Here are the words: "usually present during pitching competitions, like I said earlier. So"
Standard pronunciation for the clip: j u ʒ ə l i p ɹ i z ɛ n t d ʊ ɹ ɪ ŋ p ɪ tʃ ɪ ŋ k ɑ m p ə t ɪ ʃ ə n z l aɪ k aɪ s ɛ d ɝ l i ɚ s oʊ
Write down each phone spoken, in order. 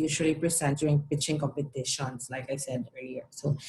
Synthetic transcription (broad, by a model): j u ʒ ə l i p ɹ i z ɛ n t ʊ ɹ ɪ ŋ p ɪ tʃ ɪ ŋ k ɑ p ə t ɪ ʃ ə n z l aɪ k aɪ s ɛ d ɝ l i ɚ s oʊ